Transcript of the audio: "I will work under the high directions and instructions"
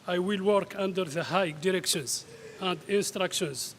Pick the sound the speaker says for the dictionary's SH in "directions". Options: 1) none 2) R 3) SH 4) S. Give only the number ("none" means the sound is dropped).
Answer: 3